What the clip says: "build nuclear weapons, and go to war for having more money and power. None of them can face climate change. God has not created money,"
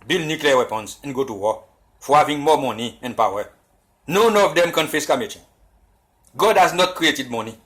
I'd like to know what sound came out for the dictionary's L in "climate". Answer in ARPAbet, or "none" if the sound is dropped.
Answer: none